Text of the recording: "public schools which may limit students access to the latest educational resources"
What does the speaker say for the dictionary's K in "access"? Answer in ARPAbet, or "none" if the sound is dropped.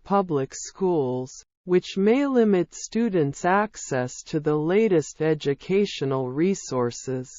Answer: K